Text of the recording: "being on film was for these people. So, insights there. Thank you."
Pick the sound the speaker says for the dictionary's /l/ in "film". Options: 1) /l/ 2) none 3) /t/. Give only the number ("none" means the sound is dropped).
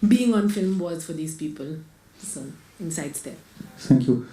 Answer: 1